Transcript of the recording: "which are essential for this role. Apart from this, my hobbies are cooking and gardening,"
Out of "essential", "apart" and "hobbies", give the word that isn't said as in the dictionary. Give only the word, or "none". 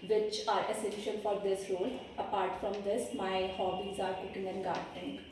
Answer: essential